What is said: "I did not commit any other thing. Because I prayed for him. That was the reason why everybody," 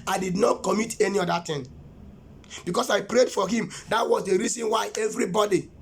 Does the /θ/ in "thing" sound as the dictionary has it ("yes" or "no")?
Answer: no